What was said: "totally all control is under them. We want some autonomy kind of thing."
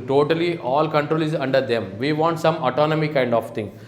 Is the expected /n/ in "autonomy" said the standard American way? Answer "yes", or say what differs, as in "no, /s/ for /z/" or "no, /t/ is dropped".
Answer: yes